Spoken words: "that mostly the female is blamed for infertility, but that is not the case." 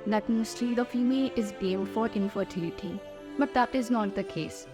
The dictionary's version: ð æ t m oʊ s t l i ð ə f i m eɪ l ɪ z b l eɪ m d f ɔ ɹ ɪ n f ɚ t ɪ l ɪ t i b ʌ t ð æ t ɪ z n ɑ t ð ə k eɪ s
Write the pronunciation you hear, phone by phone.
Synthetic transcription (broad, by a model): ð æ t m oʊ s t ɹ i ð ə f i m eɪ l ɪ z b eɪ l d f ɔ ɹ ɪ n f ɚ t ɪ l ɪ t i b ʌ t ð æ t ɪ z n ɑ t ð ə k eɪ s